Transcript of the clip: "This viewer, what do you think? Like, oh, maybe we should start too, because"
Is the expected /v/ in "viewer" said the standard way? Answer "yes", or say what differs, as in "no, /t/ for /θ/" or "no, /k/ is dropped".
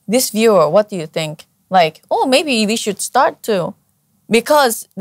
yes